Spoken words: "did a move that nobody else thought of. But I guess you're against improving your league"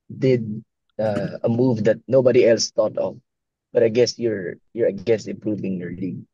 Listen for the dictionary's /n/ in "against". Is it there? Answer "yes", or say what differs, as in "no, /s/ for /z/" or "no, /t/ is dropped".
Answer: no, /n/ is dropped